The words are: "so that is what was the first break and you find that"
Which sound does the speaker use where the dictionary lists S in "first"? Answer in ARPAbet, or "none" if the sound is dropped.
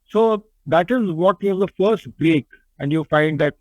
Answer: S